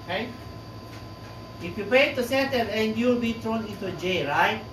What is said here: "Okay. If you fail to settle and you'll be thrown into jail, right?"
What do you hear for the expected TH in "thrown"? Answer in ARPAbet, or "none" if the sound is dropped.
T